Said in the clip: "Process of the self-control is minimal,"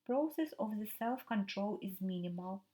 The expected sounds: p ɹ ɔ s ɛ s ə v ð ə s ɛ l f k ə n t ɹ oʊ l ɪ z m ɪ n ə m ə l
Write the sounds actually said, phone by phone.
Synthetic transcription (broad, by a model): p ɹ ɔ s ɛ s ə v ð ə s ɛ l f k ə n t ɹ oʊ l ɪ z m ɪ n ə m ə l